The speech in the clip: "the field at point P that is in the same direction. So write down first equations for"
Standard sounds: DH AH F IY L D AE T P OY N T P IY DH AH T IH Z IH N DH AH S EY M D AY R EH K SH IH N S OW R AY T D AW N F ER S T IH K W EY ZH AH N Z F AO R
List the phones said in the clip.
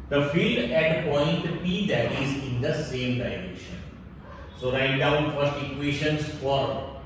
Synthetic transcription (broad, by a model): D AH F IY L D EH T P OY N T P IY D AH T IH Z IH N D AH S EY M D AY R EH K SH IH N S OW R AY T D AW N F ER S T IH K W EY SH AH N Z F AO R